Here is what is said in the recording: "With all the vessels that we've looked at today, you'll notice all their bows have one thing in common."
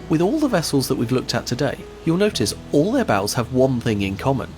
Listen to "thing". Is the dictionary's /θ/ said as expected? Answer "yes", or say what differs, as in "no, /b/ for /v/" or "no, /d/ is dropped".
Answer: yes